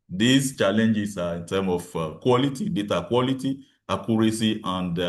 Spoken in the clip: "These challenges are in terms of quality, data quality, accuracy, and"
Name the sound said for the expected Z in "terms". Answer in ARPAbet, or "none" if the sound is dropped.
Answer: none